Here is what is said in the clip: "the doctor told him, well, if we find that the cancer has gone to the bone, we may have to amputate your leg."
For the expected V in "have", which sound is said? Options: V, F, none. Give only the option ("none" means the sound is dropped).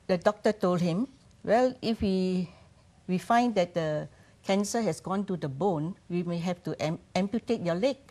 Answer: F